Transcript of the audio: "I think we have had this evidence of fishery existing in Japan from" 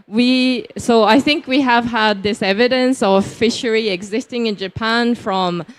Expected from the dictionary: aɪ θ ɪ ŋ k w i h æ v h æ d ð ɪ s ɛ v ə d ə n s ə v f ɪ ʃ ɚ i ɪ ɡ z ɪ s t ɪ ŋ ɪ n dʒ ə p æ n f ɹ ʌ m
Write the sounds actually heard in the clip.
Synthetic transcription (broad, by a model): aɪ θ ɪ ŋ k w i h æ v h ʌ d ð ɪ s ɛ v ə d ə n s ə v f ɪ ʃ ɚ i ɪ ɡ z ɪ s t ɪ ŋ ɪ n dʒ ə p æ n f ɹ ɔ m